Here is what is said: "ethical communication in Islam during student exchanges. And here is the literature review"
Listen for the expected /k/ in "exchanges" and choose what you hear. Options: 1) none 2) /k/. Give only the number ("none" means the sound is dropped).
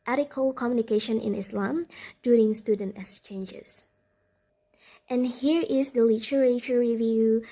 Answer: 1